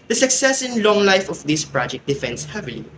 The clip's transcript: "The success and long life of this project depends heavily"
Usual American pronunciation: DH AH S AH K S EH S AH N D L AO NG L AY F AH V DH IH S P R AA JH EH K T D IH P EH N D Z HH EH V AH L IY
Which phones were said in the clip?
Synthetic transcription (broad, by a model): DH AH S AH K S EH S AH N L AO NG L AY F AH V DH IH S P R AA JH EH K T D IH F EH N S HH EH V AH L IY